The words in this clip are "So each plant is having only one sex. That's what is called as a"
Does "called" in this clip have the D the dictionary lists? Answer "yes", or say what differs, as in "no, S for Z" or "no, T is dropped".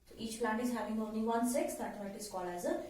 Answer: no, D is dropped